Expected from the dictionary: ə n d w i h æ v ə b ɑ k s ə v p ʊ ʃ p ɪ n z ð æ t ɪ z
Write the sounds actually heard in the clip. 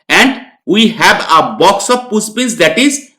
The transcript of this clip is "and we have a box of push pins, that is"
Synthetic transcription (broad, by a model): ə n d w i h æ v ə b ɑ k s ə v p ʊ s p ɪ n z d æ t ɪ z